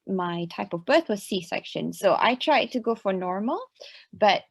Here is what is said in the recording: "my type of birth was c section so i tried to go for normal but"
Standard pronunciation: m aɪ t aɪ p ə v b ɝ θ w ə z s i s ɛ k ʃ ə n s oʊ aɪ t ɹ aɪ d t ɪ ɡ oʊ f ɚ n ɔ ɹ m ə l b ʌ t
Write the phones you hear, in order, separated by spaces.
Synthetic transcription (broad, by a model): m aɪ t aɪ p ə v b ɝ θ w ə z s i s ɛ k ʃ ə n s oʊ aɪ t ɹ aɪ d t ɪ ɡ oʊ f ɚ n ɔ ɹ m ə l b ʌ t